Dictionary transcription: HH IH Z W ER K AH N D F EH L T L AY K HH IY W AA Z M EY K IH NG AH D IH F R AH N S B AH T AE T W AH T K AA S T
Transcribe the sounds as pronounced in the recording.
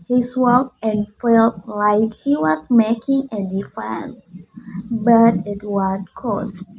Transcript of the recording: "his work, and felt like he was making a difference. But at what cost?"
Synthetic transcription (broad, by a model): HH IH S W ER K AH N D F EH L T L AY K HH IY W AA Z M EY K IH NG AH D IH F AH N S B AH T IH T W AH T K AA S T